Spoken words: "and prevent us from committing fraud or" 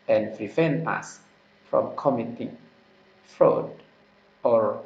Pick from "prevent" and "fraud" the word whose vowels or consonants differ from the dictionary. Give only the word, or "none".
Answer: prevent